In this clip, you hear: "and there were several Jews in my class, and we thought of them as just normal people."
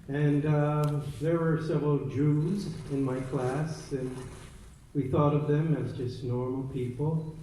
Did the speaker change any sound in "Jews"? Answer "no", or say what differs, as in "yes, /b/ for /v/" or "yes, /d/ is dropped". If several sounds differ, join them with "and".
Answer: no